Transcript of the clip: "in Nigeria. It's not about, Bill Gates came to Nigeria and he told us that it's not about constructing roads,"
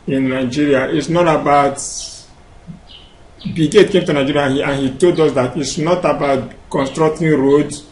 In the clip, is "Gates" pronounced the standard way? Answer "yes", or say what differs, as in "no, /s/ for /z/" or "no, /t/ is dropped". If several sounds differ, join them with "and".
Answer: no, /s/ is dropped